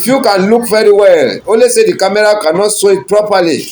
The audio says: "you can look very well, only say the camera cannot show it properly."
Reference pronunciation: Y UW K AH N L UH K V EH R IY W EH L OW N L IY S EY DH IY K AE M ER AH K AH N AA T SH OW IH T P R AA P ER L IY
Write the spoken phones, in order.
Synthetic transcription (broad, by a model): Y UW K AH N L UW K V EH R IY W EH L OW L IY S EY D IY K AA M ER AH K AH N AA T S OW IH T P R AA P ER L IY